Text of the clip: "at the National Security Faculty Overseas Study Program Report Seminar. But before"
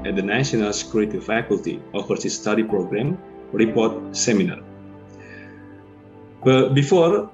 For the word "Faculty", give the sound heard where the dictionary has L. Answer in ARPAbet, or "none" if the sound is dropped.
L